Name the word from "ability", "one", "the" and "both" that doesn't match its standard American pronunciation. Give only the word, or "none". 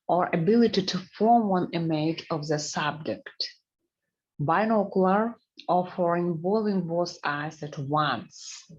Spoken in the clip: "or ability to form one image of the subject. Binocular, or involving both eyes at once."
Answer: both